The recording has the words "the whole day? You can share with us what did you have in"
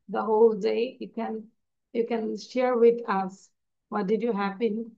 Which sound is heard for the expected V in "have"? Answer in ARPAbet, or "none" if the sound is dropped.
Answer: P